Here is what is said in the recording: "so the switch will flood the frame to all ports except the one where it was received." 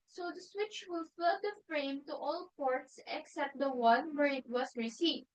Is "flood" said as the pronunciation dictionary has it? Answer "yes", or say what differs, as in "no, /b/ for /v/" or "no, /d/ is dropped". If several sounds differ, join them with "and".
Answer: no, /l/ is dropped